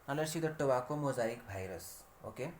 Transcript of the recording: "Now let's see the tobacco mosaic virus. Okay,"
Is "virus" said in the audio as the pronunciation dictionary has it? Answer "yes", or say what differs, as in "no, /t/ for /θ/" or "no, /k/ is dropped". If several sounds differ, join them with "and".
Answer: no, /b/ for /v/